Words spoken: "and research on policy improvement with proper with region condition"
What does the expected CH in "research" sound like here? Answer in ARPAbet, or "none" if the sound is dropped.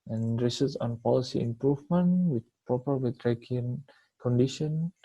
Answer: S